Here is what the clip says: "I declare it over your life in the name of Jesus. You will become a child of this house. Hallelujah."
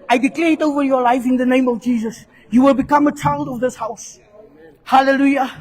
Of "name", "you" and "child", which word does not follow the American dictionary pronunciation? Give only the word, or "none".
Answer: none